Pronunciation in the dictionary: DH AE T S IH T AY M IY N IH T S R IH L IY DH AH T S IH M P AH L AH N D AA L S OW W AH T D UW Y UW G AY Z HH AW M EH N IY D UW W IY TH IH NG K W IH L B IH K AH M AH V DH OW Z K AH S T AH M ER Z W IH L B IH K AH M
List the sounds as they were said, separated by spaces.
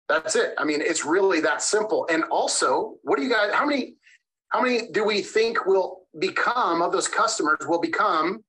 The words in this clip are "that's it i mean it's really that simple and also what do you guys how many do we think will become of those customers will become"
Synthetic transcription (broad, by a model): DH AE T S IH T AY M IY N IH T S R IH L IY DH AH T S IH M P L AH N AA L S OW W AH T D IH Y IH G AY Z HH AW M EH N IY D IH W IY TH IH NG K W IH L B IH K AH M AH V DH OW Z K AH S T AH M ER Z W IH L B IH K AH M